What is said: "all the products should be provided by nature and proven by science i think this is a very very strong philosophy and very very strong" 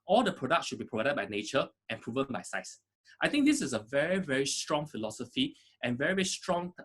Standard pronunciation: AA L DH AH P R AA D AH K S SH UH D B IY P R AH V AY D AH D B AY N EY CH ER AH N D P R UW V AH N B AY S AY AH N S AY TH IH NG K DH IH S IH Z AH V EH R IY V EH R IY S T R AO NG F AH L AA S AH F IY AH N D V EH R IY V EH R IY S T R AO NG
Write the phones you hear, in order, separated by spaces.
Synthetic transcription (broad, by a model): AA L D AH P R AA D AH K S SH UH D B IY P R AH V AY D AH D B AY N EY CH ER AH N P R UW V AH N B AY S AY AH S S AY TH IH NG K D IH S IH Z AH V EH R IY V EH R IY S T R AO NG F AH L AA S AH F IY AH N V EH R IY V EH R IY S T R AO NG